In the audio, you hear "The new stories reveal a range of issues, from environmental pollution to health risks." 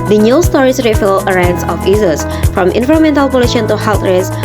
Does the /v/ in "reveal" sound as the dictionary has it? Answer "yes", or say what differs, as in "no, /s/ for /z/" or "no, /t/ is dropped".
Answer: no, /f/ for /v/